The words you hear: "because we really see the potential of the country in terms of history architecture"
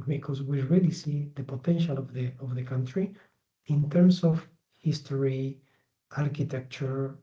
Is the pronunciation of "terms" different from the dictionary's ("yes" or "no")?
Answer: yes